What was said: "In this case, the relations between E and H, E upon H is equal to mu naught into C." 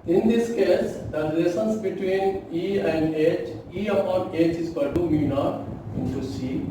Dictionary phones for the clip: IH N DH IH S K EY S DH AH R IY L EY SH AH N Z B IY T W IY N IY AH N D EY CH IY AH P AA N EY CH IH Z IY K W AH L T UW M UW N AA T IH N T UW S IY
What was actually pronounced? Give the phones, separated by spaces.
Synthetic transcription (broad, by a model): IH N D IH S K EY S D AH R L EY S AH N S B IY T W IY N IY AH N D EY CH IY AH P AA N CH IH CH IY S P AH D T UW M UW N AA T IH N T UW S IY